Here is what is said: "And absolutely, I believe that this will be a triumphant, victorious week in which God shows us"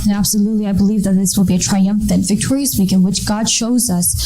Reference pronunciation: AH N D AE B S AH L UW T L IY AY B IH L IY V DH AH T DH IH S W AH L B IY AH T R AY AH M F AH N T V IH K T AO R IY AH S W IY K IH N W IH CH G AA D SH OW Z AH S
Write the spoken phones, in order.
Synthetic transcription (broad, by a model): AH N AE B S AH L UW T L IY AY B IH L IY V DH AH T DH IH S W AH L B IY AH T R AY AH M F AH N T V IH K T AO R IY AH S W IY K IH N W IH CH G AA D SH OW Z AH S